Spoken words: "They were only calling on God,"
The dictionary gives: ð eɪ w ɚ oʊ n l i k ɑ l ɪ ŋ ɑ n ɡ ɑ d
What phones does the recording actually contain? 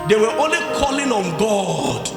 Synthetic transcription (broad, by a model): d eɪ w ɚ oʊ n l i k ɑ l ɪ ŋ ɑ n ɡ ɑ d